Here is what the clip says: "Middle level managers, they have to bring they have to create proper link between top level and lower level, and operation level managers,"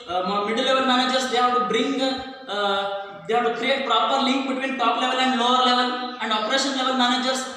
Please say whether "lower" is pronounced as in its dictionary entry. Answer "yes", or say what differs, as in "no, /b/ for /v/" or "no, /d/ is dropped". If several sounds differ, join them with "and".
yes